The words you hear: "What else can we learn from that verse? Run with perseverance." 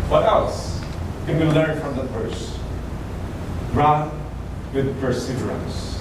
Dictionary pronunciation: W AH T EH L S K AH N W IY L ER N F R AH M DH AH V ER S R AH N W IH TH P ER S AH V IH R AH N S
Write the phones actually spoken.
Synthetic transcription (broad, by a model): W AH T EH L S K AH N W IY L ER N F R AH M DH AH F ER S R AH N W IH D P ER S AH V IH R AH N S